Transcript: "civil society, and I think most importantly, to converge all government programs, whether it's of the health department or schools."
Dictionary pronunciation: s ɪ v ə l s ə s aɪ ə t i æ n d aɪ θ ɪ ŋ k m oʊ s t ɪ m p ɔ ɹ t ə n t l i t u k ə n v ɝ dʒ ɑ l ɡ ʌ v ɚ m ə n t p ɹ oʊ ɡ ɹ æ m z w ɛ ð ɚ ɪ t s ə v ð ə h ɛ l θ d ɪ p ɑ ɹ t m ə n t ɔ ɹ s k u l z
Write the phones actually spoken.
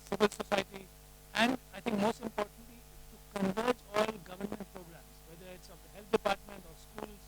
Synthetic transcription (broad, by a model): s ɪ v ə l s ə s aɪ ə t i æ n d aɪ t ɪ ŋ k m oʊ s t ɪ m p ɔ ɹ t ə n t l i t u k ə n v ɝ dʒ ɑ l ɡ ʌ v ɚ m ə n t p ɹ oʊ ɡ ɹ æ m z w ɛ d ɚ ɪ t s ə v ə h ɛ l t d ɪ p ɑ ɹ t m ə n t ɔ ɹ s k u l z